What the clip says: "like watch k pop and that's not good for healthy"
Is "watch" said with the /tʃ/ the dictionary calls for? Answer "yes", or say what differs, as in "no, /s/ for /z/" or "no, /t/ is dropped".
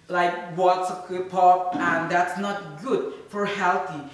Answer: no, /s/ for /tʃ/